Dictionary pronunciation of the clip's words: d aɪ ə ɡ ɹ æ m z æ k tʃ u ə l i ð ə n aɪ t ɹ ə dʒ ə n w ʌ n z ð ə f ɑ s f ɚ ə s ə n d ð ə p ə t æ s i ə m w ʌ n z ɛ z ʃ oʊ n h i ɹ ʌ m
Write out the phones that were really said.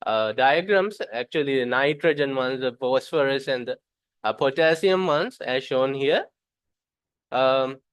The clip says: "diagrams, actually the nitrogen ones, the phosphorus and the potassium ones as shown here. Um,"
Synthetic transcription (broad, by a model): d aɪ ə ɡ ɹ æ m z æ k tʃ u ə l i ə n aɪ t ɹ ə dʒ ə n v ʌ n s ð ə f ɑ s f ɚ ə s ə n d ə p ə t æ s i ə m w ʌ n s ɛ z ʃ oʊ n h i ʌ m